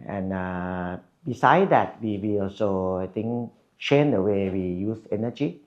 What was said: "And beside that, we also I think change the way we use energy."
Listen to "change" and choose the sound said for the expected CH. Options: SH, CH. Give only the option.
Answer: SH